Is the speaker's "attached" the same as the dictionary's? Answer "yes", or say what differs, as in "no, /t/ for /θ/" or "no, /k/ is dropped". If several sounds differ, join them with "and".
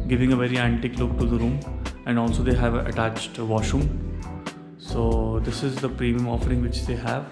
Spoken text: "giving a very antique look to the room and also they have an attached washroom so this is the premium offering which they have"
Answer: yes